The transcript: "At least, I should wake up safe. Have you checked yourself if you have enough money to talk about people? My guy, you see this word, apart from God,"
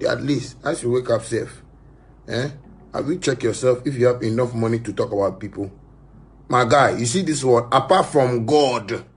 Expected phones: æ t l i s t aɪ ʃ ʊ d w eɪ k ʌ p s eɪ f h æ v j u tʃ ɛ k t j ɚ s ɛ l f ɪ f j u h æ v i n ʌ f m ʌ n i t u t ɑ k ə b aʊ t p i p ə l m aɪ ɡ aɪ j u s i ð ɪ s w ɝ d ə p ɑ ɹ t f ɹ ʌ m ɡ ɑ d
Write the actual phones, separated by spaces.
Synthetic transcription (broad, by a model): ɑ t l i s t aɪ s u w eɪ k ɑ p s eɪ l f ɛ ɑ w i tʃ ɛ k j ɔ s ɛ l f ɪ f j u h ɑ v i n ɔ f m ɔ n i t u t ɑ k ə b aʊ t p i p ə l m aɪ ɡ aɪ j u s i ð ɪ s w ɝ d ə p ɑ t f ɹ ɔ m ɡ ɑ d